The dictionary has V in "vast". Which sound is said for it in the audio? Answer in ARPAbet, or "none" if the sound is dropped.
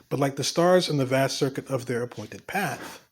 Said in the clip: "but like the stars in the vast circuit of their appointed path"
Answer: V